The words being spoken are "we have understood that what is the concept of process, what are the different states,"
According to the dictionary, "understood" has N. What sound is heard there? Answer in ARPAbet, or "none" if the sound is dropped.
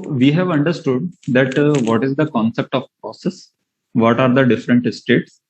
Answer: N